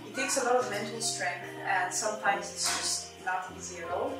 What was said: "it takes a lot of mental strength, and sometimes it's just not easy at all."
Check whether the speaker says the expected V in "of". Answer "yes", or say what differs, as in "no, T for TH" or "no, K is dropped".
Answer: yes